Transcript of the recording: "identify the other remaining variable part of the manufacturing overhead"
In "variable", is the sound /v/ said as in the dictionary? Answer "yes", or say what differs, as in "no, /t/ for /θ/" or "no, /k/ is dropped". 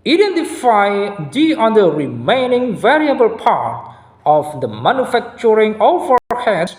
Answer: yes